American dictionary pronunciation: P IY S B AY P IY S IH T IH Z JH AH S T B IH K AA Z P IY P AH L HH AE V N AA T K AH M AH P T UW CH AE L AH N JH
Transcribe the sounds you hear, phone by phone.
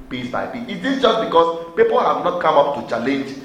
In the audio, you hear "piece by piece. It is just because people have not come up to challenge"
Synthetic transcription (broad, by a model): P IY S B AY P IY IH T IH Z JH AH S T B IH K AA S P IY P AH L HH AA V N AA T K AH M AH P T UW CH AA L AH N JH